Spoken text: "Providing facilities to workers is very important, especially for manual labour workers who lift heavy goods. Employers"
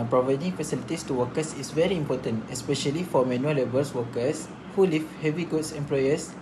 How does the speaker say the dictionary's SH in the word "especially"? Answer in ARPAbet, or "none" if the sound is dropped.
SH